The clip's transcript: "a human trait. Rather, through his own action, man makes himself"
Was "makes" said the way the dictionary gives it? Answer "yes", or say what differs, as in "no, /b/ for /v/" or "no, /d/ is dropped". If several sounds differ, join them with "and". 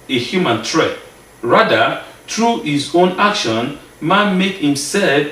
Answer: no, /s/ is dropped